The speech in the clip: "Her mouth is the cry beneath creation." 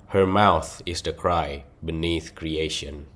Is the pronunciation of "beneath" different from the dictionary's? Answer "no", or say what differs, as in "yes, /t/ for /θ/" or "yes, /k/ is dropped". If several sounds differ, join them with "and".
no